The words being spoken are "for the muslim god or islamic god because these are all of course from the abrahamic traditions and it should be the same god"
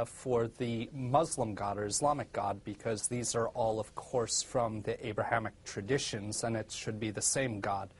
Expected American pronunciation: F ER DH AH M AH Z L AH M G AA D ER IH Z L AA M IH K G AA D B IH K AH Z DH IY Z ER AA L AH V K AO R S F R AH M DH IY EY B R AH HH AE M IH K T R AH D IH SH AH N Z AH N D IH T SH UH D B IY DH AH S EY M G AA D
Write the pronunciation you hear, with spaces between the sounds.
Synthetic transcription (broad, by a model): F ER DH AH M AH Z L AH M G AA D ER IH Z L AA M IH K G AA D B IH K AH Z DH IY Z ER AA L AH V K AO R S F R AH M DH IY EY B R AH HH AE M IH K T R AH D IH SH AH N Z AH N IH T SH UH D B IY DH AH S EY M G AA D